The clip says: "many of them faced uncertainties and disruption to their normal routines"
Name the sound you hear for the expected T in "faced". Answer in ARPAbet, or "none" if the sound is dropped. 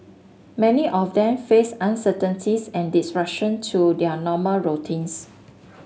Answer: none